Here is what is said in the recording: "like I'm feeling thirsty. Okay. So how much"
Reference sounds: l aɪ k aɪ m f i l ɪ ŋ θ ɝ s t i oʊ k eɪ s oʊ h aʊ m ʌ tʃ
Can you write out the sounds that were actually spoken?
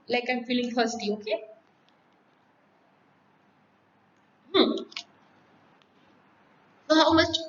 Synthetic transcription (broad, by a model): l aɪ k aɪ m f i l ɪ ŋ t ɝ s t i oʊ k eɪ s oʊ h aʊ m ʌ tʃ